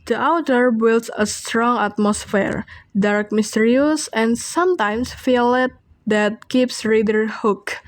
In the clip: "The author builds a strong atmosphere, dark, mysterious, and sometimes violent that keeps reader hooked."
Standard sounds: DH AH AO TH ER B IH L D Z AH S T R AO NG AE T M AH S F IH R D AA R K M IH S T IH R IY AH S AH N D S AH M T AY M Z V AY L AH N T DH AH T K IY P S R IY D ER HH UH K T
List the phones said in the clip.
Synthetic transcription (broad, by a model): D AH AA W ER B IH L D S AH S T R AO NG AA T M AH S F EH R D AA R K M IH S T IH R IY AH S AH N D S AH M T AY M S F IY L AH T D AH T K IY P S R IY D ER HH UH K